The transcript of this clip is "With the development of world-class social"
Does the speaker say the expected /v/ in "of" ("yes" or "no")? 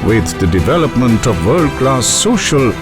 yes